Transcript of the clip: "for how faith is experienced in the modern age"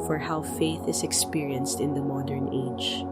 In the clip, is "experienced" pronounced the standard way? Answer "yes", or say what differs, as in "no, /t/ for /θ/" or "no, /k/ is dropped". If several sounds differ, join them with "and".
yes